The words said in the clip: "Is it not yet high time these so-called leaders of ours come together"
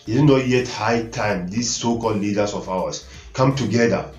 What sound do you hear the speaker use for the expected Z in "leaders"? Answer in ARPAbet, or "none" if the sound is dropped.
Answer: S